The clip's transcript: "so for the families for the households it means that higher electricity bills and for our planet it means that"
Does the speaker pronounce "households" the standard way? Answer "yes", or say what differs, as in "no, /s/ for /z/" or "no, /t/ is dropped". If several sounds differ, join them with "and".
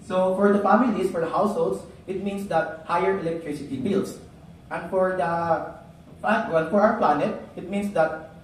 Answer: no, /s/ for /z/